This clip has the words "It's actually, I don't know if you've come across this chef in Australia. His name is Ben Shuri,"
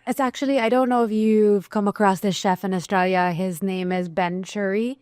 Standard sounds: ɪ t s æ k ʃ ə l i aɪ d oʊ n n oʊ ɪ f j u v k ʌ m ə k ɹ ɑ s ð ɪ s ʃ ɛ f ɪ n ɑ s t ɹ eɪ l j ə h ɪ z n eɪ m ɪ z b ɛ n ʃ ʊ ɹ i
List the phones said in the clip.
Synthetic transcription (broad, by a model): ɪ t s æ k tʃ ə l i aɪ d oʊ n n oʊ ɪ f j u v k ʌ m ə k ɹ ɑ s ð ɪ s ʃ ɛ f ɪ n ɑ s t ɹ eɪ l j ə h ɪ z n eɪ m ɪ z b ɛ n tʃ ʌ ɹ i